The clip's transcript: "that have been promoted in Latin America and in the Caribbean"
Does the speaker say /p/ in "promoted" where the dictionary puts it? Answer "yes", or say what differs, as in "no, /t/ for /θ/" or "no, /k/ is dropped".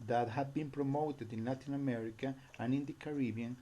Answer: yes